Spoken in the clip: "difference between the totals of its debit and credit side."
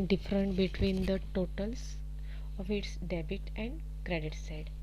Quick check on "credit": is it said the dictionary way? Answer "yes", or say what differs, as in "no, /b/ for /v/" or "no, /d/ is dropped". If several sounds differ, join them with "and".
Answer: yes